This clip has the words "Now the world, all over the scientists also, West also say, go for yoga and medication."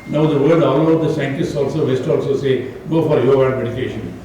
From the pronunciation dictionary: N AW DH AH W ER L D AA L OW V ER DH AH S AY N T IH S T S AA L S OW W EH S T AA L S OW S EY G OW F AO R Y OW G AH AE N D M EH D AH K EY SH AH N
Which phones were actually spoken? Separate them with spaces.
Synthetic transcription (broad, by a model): N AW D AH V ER D AA L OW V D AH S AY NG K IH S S AA L S OW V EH S T AA L S OW S EY G OW F AO R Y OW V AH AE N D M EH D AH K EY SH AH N